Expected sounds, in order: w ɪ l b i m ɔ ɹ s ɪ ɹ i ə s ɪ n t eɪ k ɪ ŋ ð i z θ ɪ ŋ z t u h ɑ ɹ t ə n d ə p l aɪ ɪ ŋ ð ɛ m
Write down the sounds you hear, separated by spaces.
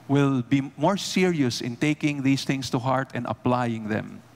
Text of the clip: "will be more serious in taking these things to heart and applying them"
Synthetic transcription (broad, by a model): w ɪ l b i m ɔ ɹ s ɪ ɹ i ə s ɪ n t eɪ k ɪ ŋ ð i s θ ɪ ŋ s t u h ɑ ɹ t ə n d ə p l aɪ ɪ ŋ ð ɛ m